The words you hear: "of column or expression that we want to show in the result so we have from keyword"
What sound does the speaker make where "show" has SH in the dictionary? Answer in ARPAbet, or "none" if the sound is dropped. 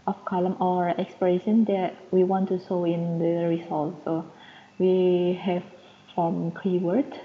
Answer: S